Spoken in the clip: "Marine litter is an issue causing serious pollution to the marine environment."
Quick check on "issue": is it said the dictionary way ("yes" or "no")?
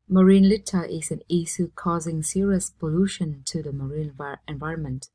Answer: no